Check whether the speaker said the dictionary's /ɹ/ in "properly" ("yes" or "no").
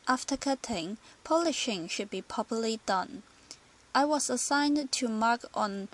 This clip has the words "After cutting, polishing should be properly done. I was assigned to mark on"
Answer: no